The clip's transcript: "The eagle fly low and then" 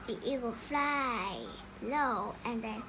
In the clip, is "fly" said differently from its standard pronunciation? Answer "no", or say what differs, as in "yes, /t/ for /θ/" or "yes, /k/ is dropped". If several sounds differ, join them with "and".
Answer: no